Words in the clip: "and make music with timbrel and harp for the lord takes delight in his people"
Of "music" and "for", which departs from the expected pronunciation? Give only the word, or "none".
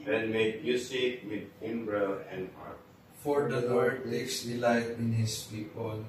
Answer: music